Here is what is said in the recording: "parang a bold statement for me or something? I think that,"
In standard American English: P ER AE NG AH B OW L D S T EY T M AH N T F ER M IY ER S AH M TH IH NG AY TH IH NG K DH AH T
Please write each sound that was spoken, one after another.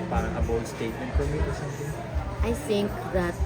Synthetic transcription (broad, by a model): P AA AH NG AH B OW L S T EY T M AH N T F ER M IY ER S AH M T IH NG AY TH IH NG K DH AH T